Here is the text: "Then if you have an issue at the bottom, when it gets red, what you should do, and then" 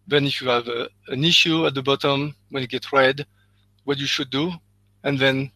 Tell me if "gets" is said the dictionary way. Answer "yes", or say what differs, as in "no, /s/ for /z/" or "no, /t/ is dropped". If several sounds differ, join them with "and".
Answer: no, /s/ is dropped